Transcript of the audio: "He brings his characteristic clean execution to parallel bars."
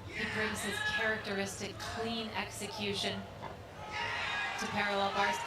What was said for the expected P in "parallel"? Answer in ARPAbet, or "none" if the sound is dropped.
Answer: P